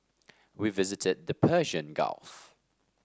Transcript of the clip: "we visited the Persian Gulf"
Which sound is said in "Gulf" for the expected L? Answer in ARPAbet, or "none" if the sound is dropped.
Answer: L